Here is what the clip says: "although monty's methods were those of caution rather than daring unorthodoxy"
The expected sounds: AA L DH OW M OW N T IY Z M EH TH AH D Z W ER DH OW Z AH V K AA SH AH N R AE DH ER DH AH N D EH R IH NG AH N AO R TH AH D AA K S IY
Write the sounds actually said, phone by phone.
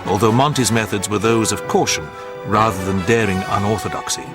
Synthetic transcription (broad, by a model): AA L DH OW M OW N T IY Z M EH TH AH D Z W ER DH OW Z AH V K AA SH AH N R AE DH ER DH AH N D EH R IH NG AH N AO R TH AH D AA K S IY